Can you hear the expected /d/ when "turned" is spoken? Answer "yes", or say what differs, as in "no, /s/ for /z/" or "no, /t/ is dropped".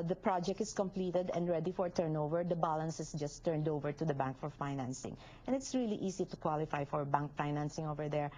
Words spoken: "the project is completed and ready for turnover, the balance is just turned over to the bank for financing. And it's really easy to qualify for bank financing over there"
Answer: yes